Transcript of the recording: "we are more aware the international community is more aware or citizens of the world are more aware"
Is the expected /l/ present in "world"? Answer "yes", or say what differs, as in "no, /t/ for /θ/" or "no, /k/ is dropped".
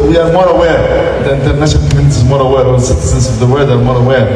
no, /l/ is dropped